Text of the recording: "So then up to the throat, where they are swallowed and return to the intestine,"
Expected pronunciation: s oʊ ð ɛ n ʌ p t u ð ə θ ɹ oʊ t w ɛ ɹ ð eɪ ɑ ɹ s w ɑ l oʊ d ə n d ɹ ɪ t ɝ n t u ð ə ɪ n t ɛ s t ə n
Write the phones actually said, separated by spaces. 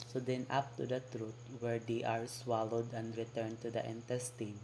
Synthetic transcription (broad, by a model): s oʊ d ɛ n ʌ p t u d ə t ɹ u t w ɛ ɹ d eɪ ɑ ɹ s w ɑ l oʊ d ə n d ɹ ɪ t ɝ n t u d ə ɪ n t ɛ s t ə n